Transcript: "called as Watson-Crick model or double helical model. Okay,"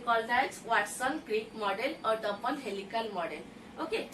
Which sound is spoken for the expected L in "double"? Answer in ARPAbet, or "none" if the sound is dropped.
N